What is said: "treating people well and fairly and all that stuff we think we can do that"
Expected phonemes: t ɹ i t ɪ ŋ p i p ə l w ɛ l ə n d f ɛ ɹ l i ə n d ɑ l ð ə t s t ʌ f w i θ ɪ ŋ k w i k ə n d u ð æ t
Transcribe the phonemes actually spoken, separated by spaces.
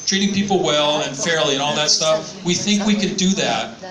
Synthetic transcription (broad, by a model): t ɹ i t ɪ ŋ p i p l w ɛ l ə n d f ɛ ɹ l i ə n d ɑ l ð ə t s t ʌ f w i θ ɪ ŋ k w i k ə n d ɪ ð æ t